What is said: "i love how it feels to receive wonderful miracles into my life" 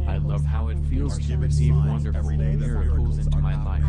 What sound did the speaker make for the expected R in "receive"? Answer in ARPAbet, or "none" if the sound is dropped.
W